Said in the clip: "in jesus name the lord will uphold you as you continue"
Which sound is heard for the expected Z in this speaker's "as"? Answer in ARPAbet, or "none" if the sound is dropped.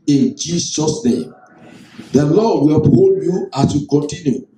S